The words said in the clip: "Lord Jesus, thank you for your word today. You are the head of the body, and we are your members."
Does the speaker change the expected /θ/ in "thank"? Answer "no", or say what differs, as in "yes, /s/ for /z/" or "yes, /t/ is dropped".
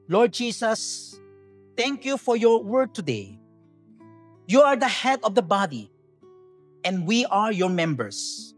yes, /t/ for /θ/